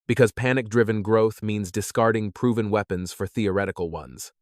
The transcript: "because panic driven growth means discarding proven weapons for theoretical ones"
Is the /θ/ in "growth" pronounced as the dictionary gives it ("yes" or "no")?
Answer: yes